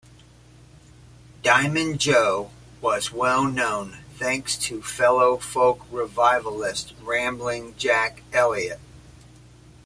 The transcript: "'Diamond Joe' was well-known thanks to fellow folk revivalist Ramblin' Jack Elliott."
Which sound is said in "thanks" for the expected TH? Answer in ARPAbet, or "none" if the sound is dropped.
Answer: TH